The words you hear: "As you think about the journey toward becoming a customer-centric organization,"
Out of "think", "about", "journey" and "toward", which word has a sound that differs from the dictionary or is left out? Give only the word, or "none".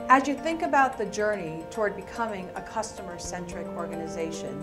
none